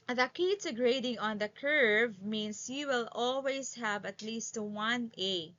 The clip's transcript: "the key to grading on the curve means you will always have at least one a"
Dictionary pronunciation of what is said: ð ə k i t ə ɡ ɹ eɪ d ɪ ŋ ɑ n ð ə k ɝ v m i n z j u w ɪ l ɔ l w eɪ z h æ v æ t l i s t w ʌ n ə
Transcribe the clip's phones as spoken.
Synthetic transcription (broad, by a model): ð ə k i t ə ɡ ɹ eɪ d ɪ ŋ ɑ n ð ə k ɝ v m i n s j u w ɪ l ɔ l w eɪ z h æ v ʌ t l i s t w ʌ n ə